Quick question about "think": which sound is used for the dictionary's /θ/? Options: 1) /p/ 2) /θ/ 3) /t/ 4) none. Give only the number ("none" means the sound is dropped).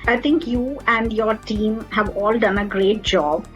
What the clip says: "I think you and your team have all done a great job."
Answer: 3